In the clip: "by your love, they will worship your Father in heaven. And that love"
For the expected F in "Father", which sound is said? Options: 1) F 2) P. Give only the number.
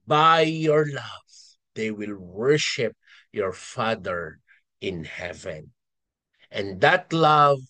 1